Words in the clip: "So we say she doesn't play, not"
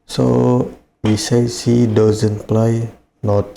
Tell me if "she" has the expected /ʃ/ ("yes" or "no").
no